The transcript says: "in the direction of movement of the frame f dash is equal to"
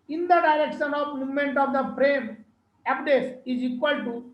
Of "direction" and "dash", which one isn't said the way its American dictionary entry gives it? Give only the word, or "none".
dash